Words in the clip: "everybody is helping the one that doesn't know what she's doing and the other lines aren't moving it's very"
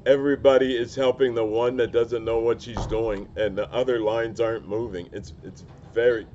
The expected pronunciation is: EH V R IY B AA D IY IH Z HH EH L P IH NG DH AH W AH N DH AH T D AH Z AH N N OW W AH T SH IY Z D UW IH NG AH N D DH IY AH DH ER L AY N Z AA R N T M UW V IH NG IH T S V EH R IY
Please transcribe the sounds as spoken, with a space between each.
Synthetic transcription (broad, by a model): EH V R IY B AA D IY IH Z HH EH L P IH NG DH AH W AH N DH AH T D AH Z AH N N OW W AH T SH IY Z D UW IH NG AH N DH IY AH DH ER L AY N Z AA R N M UW V IH NG IH T S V EH R IY